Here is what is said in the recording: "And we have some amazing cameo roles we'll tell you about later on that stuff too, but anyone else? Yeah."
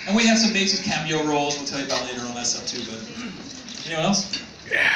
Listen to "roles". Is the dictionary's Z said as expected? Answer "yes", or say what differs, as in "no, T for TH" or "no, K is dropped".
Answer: yes